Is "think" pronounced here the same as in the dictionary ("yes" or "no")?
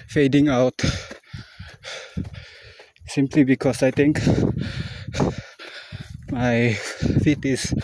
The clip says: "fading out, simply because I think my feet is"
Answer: no